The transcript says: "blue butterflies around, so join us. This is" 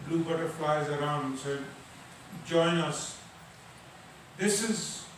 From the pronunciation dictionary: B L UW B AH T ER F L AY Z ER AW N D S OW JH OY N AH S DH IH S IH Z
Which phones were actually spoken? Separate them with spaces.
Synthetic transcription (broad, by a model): B L UW B AH T ER F L AY Z ER AW N D S OW JH OY N AH S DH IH S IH Z